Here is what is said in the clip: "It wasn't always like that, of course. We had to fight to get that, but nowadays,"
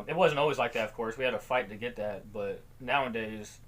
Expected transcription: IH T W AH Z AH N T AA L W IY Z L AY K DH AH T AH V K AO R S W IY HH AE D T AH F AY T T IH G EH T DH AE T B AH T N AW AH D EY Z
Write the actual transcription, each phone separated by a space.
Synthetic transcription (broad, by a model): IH T W AH Z AH N T AA L W IY Z L AY K DH AH T AH V K AO R S W IY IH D T AH F AY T T IH G EH T DH AE T B AH T N AW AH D EY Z